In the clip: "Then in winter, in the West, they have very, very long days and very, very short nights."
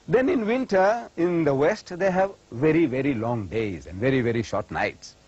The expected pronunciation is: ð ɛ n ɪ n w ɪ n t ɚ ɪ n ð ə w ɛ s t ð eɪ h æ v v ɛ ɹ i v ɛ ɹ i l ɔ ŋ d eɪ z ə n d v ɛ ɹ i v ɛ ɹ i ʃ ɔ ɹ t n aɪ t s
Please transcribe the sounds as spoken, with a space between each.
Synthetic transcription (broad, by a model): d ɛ n ɪ n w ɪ n t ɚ ɪ n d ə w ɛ s t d eɪ h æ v v ɛ ɹ i v ɛ ɹ i l ɔ ŋ d eɪ z ə n d v ɛ ɹ i v ɛ ɹ i ʃ ɔ ɹ t n aɪ t s